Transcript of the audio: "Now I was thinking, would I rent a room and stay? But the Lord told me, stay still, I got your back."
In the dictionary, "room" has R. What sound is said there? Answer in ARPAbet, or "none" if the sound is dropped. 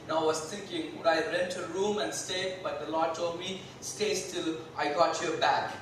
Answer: R